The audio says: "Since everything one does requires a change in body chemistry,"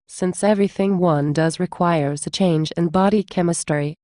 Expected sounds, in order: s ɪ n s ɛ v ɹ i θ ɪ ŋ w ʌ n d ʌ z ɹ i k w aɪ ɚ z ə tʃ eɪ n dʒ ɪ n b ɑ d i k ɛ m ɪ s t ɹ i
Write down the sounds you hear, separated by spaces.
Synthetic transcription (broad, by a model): s ɪ n s ɛ v ɹ i θ ɪ ŋ w ʌ n d ʌ z ɹ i k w aɪ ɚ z ə tʃ eɪ n dʒ ɪ n b ɑ d i k ɛ m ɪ s t ɹ i